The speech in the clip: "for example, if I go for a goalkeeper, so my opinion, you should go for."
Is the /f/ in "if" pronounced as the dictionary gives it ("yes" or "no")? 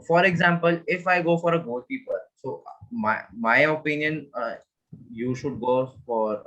yes